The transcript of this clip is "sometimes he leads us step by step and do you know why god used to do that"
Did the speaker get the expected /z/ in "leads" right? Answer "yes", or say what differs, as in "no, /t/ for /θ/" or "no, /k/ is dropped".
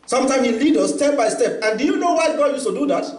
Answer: no, /z/ is dropped